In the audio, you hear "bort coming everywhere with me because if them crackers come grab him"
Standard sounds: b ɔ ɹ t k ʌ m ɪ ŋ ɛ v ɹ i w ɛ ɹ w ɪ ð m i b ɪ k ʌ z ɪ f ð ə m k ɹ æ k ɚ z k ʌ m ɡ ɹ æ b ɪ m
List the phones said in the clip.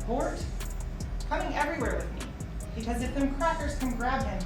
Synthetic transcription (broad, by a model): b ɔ ɹ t k ʌ m ɪ ŋ ɛ v ɹ i w ɛ ɹ w ɪ ð m i b ɪ k ʌ z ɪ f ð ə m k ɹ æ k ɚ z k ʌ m ɡ ɹ æ b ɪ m